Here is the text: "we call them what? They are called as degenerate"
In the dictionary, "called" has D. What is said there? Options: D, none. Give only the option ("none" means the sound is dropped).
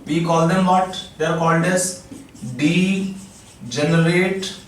D